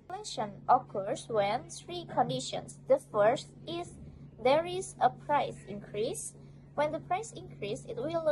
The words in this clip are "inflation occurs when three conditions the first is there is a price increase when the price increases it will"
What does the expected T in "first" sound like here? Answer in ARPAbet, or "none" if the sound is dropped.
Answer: T